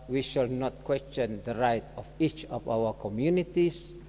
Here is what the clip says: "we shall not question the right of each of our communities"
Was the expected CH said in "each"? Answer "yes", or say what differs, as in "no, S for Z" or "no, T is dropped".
yes